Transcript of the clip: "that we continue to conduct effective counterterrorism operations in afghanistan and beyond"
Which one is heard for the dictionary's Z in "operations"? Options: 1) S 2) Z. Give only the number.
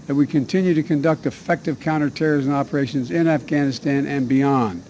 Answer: 2